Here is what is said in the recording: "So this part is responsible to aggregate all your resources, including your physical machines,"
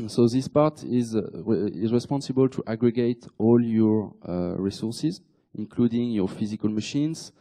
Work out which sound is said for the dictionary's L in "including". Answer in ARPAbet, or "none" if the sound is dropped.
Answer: L